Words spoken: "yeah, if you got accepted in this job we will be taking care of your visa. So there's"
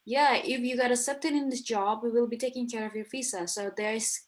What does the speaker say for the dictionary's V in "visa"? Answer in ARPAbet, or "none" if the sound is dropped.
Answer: F